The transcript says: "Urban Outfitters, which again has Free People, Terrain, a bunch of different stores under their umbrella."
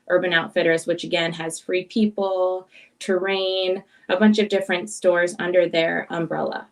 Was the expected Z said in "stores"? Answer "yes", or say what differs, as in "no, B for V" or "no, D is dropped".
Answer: yes